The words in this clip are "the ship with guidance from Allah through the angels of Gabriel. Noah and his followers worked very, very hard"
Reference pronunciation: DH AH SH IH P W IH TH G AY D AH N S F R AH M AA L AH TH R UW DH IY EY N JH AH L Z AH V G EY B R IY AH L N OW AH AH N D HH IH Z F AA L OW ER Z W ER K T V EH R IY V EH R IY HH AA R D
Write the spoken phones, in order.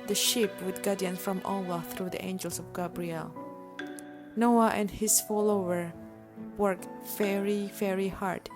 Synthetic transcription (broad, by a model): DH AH SH IH P W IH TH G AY D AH N F R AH M AA L AH TH R UW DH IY EY N JH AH L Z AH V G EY B R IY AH L N OW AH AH N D HH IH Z F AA L OW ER W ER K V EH R IY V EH R IY HH AA R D